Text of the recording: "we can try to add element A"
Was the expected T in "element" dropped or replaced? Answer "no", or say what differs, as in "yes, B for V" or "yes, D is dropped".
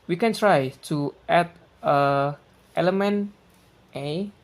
no